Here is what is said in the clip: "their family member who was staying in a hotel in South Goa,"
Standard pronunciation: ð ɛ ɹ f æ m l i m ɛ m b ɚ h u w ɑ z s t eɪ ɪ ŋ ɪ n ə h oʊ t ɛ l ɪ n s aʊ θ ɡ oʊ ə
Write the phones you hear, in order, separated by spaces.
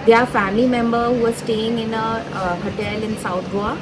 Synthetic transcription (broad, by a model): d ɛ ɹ f æ m l i m ɛ m b ɚ h u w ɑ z s t eɪ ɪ ŋ ɪ n ə h oʊ t ɛ l ɪ n s aʊ t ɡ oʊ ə